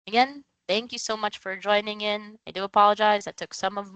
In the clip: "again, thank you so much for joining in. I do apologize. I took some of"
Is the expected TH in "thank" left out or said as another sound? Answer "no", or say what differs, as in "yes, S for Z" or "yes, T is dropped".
no